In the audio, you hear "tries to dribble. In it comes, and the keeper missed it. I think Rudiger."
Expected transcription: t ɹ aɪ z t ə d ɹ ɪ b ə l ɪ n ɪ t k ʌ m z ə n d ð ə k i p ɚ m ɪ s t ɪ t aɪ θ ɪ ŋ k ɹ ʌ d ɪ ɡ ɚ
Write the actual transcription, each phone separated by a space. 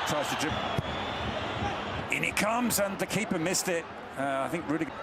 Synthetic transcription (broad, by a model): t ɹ aɪ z t ə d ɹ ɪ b ɪ n ɪ t k ʌ m z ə n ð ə k i p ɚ m ɪ s t ɪ t aɪ θ ɪ ŋ k ɹ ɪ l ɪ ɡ